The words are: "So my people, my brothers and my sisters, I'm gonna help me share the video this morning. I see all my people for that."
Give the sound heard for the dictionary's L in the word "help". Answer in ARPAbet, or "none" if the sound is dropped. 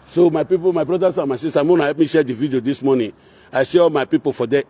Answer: none